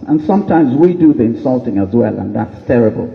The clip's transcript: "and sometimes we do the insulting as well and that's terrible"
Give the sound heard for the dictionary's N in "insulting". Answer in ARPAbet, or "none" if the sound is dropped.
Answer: N